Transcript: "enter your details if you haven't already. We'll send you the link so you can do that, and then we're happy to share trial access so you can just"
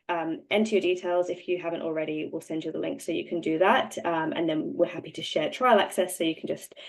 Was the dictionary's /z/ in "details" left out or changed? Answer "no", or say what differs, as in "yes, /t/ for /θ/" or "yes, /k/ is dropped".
no